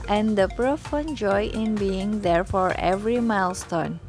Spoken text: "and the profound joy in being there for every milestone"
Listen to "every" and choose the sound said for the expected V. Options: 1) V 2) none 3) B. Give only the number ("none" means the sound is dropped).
1